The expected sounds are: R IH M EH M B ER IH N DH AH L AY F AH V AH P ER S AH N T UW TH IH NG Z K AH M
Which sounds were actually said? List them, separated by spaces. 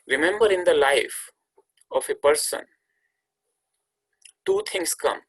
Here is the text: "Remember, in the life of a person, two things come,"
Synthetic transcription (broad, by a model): R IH M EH M B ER IH N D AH L AY F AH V AH P ER S AH N T UW T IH NG S K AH M